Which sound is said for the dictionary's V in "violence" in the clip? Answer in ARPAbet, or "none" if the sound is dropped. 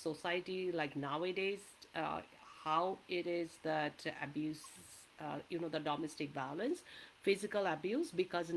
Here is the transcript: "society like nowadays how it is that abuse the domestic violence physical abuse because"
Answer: B